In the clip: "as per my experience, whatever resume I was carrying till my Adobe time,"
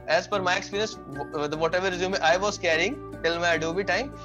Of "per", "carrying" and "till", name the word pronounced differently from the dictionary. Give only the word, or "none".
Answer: per